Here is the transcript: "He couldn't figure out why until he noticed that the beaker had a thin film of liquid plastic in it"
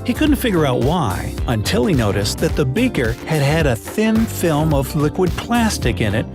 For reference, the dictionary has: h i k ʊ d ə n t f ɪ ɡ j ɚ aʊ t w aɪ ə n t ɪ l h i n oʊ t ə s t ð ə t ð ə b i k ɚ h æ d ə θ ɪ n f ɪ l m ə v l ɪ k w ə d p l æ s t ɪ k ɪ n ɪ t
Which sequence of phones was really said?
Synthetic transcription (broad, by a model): h i k ʊ d n t f ɪ ɡ j ɚ aʊ t w aɪ ə n t ɪ l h i n oʊ t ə s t ð ə t ð ə b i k ɚ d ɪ d ə θ ɪ n f ɪ l m ə v l ɪ k w ə d p l æ s t ɪ k ɪ n ɪ t